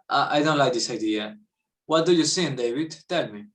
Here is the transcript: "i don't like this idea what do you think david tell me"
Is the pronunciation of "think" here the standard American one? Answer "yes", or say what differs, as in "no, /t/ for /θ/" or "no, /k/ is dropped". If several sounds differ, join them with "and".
no, /s/ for /θ/